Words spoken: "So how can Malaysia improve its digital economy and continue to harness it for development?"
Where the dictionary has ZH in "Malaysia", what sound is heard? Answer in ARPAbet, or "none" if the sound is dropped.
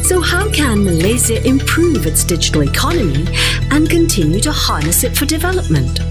Z